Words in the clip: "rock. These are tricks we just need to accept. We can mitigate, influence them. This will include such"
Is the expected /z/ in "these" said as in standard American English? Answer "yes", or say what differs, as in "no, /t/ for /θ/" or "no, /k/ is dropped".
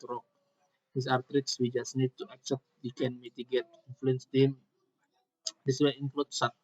no, /s/ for /z/